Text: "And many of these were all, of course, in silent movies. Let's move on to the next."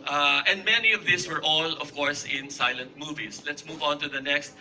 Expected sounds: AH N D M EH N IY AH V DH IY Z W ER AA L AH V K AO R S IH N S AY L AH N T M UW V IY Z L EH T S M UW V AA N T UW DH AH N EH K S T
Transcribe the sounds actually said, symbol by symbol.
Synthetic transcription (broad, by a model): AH N D M EH N IY AH V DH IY S W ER AA L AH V K AO R S IH N S AY L AH N T M UW V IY S L EH T S M UW V AA N T UW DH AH N EH K S T